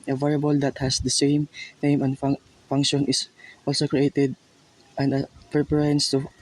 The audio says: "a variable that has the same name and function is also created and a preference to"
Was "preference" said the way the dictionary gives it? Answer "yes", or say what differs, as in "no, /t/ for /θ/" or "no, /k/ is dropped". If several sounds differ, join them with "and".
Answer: no, /f/ is dropped